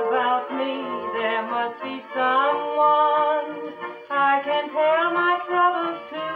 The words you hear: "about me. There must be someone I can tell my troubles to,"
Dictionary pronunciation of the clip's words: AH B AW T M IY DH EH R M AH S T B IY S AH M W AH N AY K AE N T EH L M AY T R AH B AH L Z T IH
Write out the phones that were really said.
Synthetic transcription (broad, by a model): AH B AW T M IY DH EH R M AH S T B IY S AH M W AH N AY K AE N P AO N M AY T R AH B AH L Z T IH